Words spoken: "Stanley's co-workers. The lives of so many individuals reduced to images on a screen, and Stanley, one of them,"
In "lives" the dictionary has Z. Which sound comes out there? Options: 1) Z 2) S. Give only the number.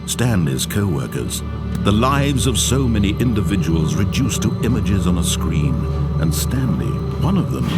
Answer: 1